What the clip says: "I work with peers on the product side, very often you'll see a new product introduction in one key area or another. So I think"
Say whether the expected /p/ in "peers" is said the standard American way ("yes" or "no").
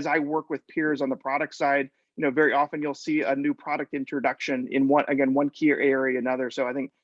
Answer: yes